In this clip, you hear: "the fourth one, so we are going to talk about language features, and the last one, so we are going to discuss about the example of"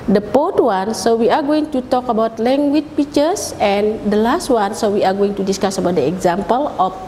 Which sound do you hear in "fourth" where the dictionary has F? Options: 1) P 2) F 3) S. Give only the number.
1